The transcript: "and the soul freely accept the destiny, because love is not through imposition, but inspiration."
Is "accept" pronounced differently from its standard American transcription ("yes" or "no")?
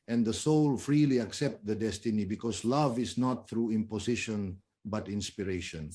no